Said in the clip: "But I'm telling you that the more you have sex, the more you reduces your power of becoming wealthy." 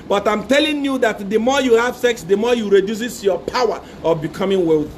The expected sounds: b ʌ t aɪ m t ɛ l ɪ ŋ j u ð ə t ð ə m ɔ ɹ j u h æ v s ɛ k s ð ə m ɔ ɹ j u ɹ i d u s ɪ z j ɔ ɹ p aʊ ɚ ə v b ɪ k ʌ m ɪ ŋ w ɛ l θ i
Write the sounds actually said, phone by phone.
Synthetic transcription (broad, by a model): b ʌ t aɪ m t ɛ l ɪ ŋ j u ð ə t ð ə m ɔ j u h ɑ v s ɛ k s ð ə m ɔ j u ɹ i d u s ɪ s j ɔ p aʊ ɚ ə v b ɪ k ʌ m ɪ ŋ w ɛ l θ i